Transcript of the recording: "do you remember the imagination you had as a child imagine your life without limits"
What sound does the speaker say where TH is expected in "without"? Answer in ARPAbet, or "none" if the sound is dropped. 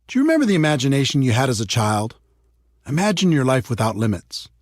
TH